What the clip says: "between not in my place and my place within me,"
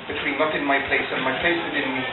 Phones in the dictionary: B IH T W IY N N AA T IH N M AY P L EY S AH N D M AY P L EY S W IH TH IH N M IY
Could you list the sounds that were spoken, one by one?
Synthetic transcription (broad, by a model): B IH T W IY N L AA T IH N M AY P L EY S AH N M AY P L EY S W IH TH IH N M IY